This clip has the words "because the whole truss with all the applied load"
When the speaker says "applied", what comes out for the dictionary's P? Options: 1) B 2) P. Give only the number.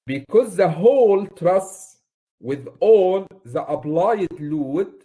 1